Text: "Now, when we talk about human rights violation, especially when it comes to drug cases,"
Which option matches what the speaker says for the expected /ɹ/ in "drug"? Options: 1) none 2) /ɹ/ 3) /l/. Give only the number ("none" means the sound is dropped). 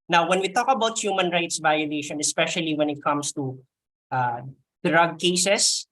2